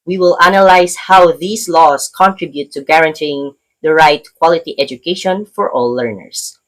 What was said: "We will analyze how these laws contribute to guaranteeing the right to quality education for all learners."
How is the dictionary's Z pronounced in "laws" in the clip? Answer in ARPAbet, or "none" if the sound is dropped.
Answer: S